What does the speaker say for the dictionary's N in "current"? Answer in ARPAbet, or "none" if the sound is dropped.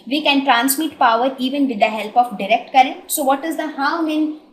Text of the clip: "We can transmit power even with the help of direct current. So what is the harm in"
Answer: none